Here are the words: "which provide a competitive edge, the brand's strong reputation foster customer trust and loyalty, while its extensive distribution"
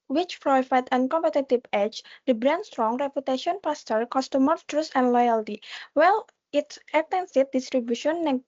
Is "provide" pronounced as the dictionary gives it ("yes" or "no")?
no